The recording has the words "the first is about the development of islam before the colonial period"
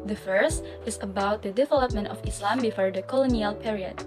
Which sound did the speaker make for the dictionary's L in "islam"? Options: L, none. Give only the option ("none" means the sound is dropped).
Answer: L